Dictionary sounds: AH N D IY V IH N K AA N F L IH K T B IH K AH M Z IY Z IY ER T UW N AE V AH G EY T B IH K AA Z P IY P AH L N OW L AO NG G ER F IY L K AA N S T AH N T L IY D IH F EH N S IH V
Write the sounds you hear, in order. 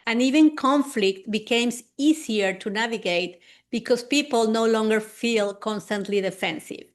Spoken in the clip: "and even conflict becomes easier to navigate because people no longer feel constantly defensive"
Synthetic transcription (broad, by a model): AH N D IY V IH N K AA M F L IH K T B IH K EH M S IY S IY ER T UW N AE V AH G EY T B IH K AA S P IY P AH L N OW L AO NG G ER F IY L K AA N S T AH N T L IY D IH F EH N S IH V